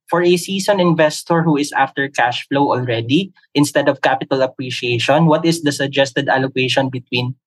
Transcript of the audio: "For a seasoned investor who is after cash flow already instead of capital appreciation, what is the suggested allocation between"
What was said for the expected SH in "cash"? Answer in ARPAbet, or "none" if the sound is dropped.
SH